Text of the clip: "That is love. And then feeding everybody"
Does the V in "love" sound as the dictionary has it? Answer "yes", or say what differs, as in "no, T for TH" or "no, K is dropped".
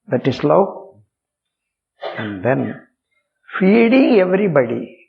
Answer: no, V is dropped